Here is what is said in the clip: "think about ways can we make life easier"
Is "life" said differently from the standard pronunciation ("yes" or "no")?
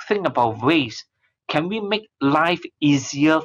no